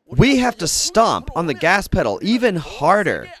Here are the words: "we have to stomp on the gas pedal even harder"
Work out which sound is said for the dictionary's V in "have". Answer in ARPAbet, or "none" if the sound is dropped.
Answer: F